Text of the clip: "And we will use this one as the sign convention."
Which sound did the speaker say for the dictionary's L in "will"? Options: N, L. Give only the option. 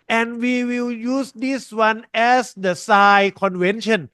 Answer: L